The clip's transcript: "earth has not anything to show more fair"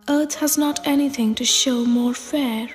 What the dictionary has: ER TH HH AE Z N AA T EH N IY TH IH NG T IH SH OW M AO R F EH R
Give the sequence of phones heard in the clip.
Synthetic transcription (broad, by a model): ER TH HH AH Z N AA T EH N IY TH IH NG T IH SH OW M AO R F EH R